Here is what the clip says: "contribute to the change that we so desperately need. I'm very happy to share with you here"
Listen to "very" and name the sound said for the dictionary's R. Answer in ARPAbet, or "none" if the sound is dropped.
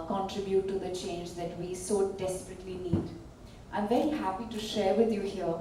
none